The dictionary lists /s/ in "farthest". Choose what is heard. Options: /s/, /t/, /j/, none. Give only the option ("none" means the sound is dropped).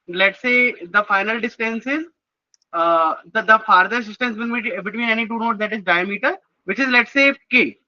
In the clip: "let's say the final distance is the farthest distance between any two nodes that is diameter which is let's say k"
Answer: none